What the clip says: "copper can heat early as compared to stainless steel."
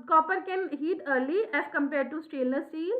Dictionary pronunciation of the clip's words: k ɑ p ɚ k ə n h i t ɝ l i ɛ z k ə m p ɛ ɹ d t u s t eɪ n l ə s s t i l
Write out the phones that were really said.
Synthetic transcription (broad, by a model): k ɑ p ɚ k ə n h i t ɝ l i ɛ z k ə m p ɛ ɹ d t u s t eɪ l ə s s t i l